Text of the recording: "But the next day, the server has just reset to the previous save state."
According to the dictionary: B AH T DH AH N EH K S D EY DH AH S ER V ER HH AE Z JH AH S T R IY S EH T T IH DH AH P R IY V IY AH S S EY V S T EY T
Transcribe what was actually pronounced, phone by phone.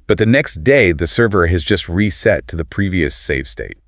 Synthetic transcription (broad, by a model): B AH T DH AH N EH K S D EY DH AH S ER V ER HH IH Z JH AH S T R IY S EH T T IH DH AH P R IY V IY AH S S EY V S T EY T